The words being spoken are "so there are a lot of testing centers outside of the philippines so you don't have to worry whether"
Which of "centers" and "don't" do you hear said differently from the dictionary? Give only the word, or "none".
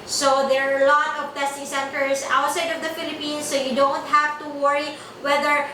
centers